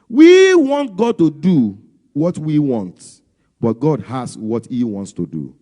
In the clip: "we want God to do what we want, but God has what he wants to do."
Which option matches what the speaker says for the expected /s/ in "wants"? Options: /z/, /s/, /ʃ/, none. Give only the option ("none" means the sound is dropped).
/s/